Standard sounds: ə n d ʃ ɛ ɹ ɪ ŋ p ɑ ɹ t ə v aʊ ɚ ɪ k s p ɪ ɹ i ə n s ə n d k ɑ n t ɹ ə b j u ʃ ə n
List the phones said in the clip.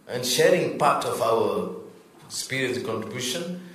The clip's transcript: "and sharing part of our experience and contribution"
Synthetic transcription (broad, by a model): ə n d ʃ ɛ ɹ ɪ ŋ p ɑ ɹ t ə v aʊ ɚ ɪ s p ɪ ɹ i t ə k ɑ n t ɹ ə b j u ʃ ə n